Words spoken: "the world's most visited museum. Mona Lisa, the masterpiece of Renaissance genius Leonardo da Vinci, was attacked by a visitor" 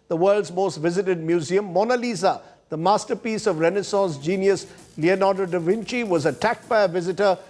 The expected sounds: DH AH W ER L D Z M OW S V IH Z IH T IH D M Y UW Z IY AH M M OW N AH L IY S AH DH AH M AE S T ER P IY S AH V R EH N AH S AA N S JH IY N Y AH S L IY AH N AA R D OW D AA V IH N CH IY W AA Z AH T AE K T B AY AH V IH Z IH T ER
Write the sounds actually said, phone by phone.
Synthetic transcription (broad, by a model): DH AH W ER L D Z M OW S V IH Z IH T IH D M Y UW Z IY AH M M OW N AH L IY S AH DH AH M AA S T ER P IY S AH V R EH N AH S AA N S JH IY N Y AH S L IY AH N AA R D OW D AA V IH N CH IY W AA Z AH T AE K T B AY AH V IH Z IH T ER